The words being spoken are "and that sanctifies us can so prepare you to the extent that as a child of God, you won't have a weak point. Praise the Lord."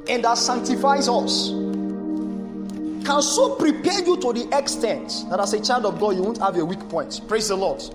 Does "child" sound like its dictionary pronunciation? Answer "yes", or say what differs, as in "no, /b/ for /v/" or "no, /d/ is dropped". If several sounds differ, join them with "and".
yes